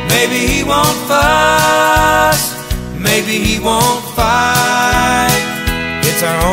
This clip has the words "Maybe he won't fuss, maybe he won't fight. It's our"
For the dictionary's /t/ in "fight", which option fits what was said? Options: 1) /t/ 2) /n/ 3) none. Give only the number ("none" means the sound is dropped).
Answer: 3